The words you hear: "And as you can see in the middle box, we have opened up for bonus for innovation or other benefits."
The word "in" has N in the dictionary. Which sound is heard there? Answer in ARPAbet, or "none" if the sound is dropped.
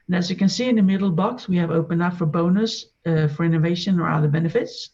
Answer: N